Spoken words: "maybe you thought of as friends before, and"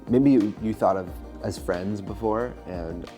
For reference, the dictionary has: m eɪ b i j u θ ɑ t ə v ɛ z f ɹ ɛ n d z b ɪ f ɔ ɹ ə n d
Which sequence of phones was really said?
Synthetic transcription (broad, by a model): m eɪ b i j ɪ θ ɑ t ə v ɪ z f ɹ ɛ n d z b ɪ f ɔ ɹ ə n